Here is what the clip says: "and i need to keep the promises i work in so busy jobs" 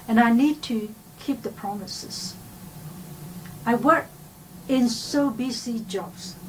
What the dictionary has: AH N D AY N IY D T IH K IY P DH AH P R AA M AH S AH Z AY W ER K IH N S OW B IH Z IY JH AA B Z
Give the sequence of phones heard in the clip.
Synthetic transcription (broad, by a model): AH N AY N IY D T IH K IY P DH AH P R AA M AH S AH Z AY W ER K IH N S OW B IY S IY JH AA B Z